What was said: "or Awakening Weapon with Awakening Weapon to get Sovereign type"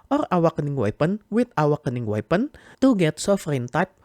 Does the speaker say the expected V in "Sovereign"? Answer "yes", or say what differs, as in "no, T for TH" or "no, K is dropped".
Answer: no, F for V